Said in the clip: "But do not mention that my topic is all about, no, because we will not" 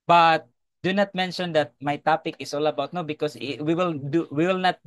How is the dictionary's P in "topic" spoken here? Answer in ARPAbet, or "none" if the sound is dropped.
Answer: P